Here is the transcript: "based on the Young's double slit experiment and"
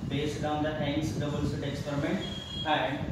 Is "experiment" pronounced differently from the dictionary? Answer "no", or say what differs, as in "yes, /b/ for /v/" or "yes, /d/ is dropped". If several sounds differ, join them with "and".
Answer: no